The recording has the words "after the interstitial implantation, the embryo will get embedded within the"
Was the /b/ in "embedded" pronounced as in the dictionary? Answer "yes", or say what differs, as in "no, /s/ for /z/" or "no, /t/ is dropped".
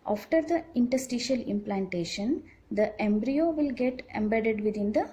yes